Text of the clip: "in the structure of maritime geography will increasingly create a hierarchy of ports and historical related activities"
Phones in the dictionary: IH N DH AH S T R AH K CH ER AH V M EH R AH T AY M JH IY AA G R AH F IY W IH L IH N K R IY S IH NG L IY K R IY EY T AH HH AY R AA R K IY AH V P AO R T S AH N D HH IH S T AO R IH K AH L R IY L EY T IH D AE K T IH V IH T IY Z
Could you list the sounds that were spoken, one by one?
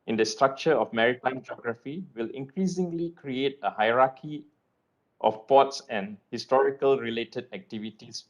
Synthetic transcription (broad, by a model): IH N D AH S T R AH K CH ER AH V M EH R AH T AY M JH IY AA G R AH F IY W IH L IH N K R IY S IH NG L IY K R IY EY T AH HH AY R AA K IY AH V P AO T S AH N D HH IH S T AO R IH K AH L R IY L EY T IH D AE K T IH V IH T IY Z